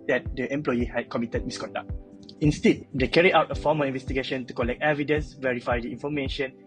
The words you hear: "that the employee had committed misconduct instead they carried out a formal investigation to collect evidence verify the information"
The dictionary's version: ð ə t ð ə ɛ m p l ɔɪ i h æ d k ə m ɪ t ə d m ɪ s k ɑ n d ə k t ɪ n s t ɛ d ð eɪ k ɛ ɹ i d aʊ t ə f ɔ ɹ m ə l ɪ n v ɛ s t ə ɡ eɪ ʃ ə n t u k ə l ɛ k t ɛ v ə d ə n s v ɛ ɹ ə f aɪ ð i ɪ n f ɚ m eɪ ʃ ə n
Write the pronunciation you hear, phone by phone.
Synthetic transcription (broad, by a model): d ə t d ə ɛ m p l ɔɪ i h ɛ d k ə m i t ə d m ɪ s k ɑ n d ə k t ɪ n s t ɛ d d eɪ k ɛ ɹ i aʊ t ə f ɔ m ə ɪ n v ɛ s t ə ɡ eɪ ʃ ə n t u k ə l ɛ k t ɛ v ə d ə n s v ɛ ɹ ə f aɪ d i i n f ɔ m eɪ ʃ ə n